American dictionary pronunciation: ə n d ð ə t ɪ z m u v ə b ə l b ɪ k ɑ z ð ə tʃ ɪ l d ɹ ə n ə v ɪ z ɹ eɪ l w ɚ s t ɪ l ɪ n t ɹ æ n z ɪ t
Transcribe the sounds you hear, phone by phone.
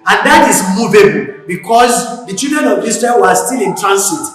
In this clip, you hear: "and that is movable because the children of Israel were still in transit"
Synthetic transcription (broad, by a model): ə n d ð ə t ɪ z m u v ə b ə l b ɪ k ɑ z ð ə tʃ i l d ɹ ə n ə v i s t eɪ n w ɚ s t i l ɪ n t ɹ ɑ n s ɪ t